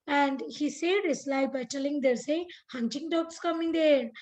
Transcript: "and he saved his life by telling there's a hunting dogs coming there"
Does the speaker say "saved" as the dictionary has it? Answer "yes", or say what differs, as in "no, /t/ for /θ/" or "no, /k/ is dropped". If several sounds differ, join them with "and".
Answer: no, /v/ is dropped